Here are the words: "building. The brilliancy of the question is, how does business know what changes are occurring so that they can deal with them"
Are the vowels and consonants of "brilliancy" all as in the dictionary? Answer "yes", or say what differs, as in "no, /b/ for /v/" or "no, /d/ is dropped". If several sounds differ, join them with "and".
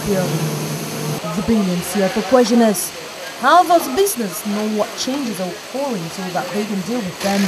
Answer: no, /ɹ/ is dropped